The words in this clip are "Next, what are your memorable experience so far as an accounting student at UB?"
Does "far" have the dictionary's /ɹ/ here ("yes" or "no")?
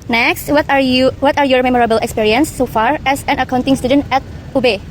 yes